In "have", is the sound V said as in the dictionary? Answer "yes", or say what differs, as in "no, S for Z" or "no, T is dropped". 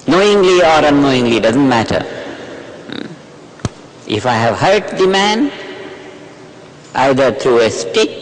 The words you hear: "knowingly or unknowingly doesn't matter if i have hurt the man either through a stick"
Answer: yes